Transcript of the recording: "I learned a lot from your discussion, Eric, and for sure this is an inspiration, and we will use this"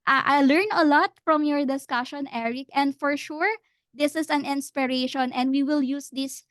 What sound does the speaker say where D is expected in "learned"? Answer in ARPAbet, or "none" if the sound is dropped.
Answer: none